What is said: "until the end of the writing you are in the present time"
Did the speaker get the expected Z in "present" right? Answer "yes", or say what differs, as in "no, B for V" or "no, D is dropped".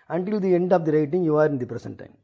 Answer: no, S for Z